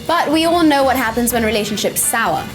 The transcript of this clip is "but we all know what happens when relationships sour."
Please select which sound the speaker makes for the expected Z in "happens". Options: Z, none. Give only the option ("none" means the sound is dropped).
Z